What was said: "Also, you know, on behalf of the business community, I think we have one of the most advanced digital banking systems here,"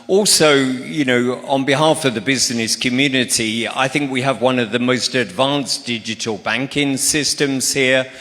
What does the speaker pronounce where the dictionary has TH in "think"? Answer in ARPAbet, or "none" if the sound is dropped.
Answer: TH